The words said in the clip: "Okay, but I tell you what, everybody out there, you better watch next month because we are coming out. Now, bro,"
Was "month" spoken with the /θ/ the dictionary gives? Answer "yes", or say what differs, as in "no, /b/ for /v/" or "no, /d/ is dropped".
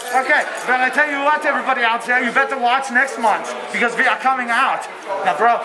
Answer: yes